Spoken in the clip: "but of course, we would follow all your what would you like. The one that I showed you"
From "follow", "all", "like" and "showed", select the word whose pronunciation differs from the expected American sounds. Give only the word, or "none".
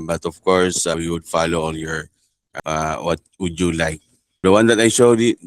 all